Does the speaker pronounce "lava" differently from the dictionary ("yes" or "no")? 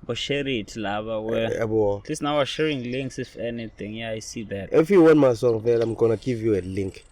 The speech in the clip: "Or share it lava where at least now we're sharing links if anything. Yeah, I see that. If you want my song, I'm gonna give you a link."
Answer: yes